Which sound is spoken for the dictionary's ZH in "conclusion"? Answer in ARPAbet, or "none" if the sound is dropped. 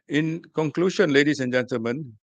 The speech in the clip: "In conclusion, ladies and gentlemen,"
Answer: SH